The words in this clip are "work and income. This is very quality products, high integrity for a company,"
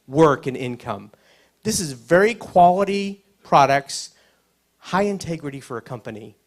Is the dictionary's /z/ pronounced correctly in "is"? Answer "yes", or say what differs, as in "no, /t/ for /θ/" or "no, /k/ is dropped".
yes